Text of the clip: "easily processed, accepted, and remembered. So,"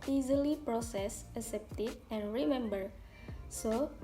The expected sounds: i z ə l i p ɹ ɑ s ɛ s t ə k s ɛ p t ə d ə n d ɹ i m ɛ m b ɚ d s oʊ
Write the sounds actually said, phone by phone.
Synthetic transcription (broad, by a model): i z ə l i p ɹ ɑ s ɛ s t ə s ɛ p t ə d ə n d ɹ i m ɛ m b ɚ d s oʊ